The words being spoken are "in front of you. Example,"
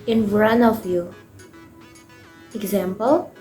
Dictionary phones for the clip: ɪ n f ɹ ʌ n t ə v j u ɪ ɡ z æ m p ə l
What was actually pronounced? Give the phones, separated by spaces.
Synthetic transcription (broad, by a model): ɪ n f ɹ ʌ n ə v j u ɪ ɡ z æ m p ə l